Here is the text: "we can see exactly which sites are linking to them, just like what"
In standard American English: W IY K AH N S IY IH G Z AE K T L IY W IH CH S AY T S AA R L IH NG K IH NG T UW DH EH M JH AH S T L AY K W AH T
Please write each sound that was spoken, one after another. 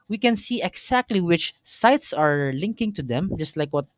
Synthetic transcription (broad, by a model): W IY K AH N S IY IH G S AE K T L IY W IH CH S AY T S AA R L IH NG K IH NG T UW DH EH M JH AH S T L AY K W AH T